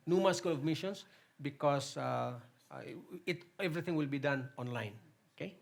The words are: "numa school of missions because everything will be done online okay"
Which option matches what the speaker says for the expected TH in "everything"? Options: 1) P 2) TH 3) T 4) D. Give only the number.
3